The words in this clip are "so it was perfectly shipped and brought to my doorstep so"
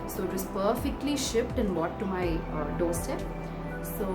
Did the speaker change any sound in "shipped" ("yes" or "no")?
no